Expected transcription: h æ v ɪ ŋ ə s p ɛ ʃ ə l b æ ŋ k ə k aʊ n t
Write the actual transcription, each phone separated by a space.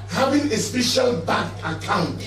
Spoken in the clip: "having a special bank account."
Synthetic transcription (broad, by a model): h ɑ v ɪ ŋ ə s p ɛ ʃ ə l b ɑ k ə k aʊ n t